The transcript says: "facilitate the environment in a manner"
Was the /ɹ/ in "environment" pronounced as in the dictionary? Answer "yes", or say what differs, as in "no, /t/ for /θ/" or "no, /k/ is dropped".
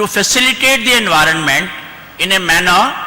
yes